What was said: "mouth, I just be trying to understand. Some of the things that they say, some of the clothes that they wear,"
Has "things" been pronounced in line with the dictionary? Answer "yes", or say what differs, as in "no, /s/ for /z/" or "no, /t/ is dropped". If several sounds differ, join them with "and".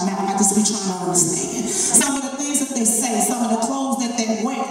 no, /ŋ/ is dropped